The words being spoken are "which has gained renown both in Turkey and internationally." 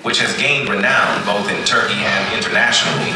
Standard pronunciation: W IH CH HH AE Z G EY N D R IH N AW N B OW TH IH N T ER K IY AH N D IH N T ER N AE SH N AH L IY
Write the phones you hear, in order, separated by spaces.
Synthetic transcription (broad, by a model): W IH CH HH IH Z G EY N D R IH N AW N B OW TH IH N T ER K IY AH N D IH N T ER N AE SH N L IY